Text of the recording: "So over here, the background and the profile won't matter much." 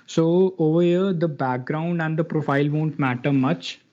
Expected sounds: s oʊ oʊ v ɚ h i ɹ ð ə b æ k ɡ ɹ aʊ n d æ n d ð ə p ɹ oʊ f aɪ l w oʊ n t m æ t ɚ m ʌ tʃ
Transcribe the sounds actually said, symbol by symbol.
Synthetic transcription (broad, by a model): s oʊ oʊ v ɚ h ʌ ɹ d ə b æ k ɡ ɹ aʊ n d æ n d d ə p ɹ oʊ f aɪ l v oʊ n t m æ t ɚ m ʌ tʃ